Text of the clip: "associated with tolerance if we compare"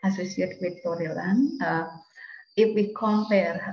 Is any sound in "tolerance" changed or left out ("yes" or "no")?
yes